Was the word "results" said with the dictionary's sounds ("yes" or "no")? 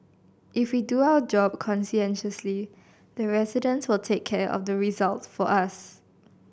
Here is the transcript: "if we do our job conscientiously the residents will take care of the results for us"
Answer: no